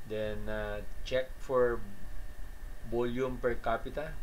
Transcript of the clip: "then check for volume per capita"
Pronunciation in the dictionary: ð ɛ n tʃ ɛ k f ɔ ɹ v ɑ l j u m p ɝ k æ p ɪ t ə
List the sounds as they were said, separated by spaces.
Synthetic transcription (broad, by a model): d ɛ n tʃ ɛ k f ɔ ɹ b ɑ l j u m p ɝ k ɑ p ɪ t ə